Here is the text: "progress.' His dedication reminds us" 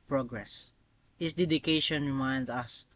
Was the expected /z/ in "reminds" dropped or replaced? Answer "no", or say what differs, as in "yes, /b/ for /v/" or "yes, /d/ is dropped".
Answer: yes, /z/ is dropped